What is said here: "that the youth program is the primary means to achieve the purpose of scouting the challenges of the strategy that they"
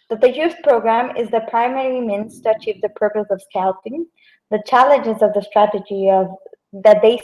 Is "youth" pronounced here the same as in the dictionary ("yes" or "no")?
no